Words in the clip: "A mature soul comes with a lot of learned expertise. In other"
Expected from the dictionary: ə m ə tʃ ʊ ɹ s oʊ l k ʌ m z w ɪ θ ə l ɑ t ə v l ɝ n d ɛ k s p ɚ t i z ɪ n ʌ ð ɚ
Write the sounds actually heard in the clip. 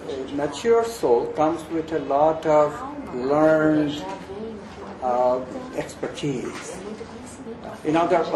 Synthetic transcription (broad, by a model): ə m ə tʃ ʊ ɹ s oʊ l k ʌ m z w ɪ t ə l ɑ t ə v l ɝ n d ɛ k s p ɚ t i z ɪ n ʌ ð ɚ